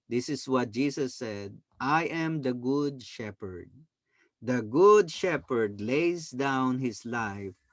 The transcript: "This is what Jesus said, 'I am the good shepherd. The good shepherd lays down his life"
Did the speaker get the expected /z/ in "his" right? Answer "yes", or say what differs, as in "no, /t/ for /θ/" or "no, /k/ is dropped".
no, /s/ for /z/